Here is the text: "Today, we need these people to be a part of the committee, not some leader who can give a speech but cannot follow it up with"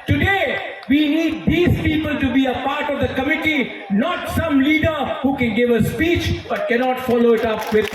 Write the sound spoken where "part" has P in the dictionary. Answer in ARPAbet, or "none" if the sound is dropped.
P